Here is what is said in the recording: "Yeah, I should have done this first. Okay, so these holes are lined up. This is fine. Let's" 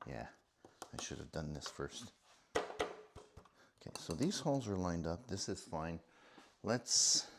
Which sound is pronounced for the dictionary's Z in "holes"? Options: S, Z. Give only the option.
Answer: Z